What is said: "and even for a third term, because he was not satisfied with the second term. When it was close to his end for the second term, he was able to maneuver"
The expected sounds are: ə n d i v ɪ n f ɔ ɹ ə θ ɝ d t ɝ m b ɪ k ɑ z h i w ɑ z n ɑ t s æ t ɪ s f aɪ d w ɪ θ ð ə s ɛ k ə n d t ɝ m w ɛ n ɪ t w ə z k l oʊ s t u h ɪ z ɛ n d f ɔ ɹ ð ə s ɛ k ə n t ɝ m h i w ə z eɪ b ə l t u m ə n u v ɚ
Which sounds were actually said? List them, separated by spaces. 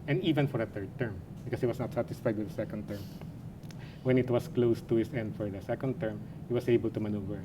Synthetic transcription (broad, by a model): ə n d i v ɪ n f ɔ ɹ ə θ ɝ d t ɝ m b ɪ k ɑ s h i w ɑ s n ɑ t s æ t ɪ s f aɪ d w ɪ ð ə s ɛ k ə n d t ɝ m w ɛ n ɪ t w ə s k l oʊ s t u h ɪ s ɛ n d f ɔ ɹ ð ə s ɛ k ə n t ɝ m h i w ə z eɪ b ə l t u m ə n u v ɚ